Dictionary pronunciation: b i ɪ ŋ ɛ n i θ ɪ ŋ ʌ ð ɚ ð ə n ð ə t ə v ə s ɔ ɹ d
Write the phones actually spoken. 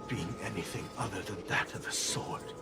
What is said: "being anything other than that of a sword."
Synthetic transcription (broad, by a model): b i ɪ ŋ ɛ n i θ ɪ ŋ ʌ ð ɚ ð ə n ð ə t ə v ə s ɔ ɹ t